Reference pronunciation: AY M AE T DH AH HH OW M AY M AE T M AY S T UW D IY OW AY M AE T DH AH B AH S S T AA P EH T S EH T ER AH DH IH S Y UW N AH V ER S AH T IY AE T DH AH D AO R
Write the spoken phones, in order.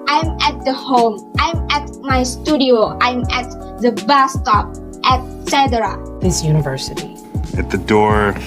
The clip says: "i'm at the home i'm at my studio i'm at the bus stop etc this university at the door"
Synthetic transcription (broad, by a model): AY M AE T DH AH HH OW M AY M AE T M AY S T UW D IY OW AY M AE T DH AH B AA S S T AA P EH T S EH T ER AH DH IH S Y UW N AH V ER S AH T IY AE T DH AH D AO R